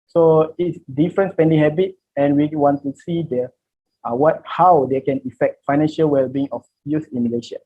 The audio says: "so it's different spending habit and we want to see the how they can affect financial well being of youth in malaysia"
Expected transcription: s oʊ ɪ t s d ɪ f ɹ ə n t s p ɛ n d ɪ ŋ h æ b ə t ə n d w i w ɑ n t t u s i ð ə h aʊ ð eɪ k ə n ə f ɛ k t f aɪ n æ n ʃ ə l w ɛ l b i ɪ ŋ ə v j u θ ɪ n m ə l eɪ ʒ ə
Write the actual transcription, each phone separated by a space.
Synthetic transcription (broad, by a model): s oʊ ɪ t s d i f ɹ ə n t s p ɛ n d ɪ ŋ h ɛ b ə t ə n w i w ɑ n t t u s i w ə h aʊ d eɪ k ə n ə f ɛ k t f aɪ n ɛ n ʃ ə l w ɛ l b i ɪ ŋ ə f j u s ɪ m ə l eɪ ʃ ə